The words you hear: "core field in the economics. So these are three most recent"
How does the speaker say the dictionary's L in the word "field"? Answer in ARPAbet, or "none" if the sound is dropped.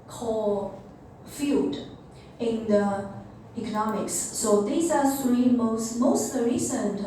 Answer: none